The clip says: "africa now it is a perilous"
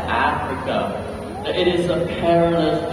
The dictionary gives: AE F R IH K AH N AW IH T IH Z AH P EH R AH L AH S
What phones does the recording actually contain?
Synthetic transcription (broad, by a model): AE F R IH K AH IH T IH Z AH P EH R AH L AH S